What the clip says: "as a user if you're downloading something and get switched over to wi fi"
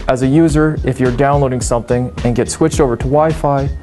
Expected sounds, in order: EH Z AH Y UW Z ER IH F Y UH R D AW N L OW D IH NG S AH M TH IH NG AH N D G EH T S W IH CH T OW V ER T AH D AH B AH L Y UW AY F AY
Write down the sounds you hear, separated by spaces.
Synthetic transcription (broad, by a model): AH Z AH Y UW Z ER IH F Y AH R D AW N L OW D IH NG S AH M TH IH NG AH N G EH T S W IH CH T OW V ER T AH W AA AH F AY